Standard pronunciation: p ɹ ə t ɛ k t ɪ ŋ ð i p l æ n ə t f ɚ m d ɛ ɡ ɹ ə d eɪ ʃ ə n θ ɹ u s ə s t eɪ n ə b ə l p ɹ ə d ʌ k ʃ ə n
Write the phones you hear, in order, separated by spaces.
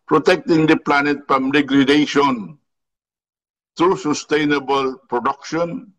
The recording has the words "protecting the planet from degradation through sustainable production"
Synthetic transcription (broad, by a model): p ɹ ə t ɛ k t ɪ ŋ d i p l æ n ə t p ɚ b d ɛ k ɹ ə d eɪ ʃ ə n t ɹ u s ə s t eɪ n ə b ə l p ɹ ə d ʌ k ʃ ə n